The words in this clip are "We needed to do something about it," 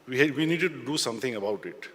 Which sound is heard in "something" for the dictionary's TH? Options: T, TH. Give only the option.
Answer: T